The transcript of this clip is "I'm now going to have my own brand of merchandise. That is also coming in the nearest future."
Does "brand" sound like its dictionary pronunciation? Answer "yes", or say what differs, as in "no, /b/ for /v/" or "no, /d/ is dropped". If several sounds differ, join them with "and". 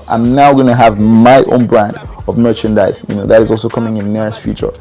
yes